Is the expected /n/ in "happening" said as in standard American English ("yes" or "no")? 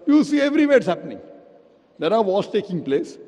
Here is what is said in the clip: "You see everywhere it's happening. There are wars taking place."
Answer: yes